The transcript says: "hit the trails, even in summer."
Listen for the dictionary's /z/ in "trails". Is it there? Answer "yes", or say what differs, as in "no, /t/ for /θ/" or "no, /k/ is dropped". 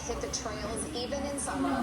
yes